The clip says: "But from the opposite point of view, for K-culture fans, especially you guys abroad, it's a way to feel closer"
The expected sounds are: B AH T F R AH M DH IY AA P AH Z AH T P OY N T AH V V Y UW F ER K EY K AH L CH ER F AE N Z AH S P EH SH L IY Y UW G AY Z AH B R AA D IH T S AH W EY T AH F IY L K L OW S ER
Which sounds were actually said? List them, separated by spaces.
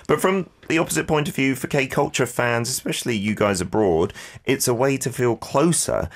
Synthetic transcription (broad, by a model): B AH T F R AH M DH IY AA P AH Z AH T P OY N T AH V V Y UW F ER K EY K AH L CH ER F AE N Z AH S P EH SH L IY Y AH G AY Z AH B R AA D IH T S AH W EY T AH F IY L K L OW S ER